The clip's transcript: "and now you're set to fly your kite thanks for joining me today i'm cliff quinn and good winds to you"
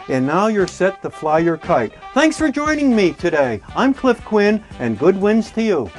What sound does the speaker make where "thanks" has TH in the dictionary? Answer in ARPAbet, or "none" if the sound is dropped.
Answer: TH